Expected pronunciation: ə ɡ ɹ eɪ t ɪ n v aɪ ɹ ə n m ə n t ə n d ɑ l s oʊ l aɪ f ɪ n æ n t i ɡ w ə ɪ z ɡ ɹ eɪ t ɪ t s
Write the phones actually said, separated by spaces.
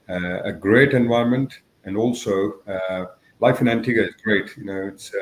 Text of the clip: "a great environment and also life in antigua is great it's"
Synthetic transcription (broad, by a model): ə ɡ ɹ eɪ t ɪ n v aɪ ə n m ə n t ə n d ɑ l s oʊ l aɪ f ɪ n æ n t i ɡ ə ɪ z ɡ ɹ eɪ t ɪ t s